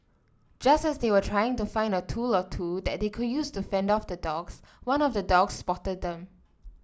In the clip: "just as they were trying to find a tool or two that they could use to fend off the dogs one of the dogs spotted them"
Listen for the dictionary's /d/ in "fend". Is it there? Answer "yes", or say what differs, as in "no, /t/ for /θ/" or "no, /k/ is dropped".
yes